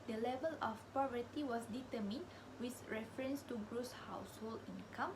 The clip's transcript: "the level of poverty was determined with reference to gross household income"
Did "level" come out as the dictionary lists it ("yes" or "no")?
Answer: yes